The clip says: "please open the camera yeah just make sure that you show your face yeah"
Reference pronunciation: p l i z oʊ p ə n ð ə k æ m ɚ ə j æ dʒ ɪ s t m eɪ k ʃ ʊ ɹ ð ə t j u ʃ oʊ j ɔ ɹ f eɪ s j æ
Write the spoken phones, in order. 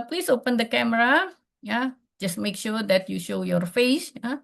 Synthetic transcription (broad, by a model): p l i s oʊ p ə n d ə k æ m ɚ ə j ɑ dʒ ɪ s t m eɪ k ʃ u ɹ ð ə t j u ʃ oʊ j ɔ ɹ f eɪ s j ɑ